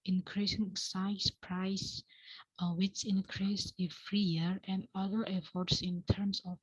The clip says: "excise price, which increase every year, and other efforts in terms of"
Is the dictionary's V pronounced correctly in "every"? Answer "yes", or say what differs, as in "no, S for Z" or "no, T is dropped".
no, F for V